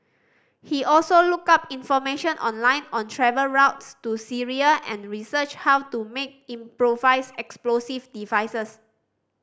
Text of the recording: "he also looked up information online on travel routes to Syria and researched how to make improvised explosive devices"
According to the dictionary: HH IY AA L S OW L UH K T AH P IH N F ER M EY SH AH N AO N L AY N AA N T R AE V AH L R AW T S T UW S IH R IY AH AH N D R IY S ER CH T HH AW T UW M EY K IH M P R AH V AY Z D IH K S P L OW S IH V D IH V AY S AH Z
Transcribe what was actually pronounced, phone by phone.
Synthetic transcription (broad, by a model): HH IY AA L S OW L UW K AA P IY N F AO M EY SH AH N AO N L AY N AA N T R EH V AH L R AW T S T UW S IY R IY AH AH N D R IY S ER CH HH AW T UW M EY K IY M P R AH V AY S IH K S P L OW S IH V D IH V AY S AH S